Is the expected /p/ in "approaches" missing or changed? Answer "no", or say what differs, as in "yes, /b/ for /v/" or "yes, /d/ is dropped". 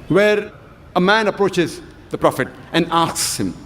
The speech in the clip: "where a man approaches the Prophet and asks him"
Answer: no